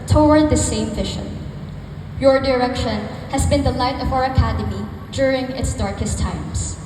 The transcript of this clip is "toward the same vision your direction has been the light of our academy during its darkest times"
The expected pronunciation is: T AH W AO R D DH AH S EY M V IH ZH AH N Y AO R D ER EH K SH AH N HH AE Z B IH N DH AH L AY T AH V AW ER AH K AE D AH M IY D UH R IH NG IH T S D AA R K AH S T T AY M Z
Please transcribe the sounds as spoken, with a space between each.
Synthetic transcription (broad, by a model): T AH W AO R D DH AH S EY M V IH SH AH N Y AO R D ER EH K SH AH N HH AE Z B IH N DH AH L AY T AH V AW ER AH K AE D AH M IY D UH R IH NG IH T S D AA R K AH S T T AY M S